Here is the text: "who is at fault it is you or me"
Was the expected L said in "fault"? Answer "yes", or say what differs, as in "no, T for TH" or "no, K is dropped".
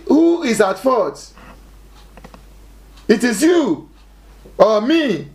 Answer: no, L is dropped